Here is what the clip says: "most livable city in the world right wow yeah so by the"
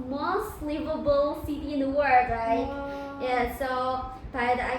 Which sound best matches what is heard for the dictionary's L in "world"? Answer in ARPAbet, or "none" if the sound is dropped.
none